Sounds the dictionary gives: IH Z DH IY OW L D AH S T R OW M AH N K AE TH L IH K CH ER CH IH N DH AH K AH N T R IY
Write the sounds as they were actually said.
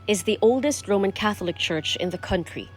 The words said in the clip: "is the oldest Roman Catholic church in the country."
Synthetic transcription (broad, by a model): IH Z DH IY OW L D AH S T R OW M AH N K AE TH L IH K CH ER CH IH N DH AH K AH N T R IY